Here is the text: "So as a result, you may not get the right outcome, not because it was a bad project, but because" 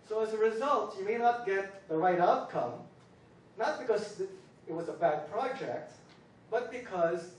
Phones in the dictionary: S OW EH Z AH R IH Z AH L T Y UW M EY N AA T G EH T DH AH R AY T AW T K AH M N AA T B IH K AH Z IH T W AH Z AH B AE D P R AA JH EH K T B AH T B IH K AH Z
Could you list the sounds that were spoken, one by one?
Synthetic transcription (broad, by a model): S OW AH Z AH R IH Z AH L T Y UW M EY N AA T G EH T DH AH R AY T AW T K AH M N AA T B IH K AH Z IH T W AH Z AH B AE D P R AA JH EH K T B AH T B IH K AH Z